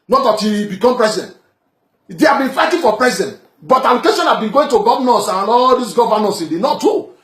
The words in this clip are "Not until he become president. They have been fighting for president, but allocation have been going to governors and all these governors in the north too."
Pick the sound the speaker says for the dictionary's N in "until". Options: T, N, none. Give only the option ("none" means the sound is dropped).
none